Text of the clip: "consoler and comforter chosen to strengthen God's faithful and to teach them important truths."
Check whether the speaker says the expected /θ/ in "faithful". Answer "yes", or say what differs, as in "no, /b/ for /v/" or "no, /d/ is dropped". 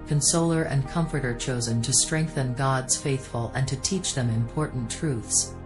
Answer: yes